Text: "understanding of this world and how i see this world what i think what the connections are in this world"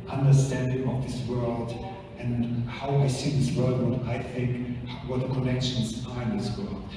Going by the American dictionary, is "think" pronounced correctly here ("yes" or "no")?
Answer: yes